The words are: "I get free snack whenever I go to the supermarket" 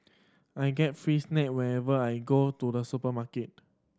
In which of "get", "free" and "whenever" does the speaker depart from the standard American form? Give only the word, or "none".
whenever